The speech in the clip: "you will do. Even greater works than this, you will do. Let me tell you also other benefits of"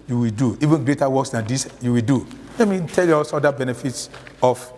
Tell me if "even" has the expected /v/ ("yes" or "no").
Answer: yes